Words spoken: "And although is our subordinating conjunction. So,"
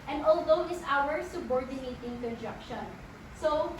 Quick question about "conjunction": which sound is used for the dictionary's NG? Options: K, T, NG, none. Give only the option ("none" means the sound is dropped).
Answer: none